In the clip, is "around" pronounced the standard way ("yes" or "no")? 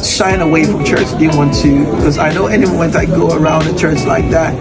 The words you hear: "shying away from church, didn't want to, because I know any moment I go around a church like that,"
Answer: yes